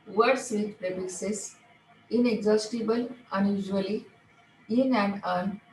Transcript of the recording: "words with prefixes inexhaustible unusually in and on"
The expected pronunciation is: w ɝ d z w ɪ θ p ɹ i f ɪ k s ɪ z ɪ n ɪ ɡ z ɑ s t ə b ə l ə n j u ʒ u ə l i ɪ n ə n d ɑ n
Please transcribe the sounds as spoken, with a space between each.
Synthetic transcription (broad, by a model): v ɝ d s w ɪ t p ɹ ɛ p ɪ s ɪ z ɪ n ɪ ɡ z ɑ s t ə b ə l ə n j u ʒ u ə l i ɪ n ə n d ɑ n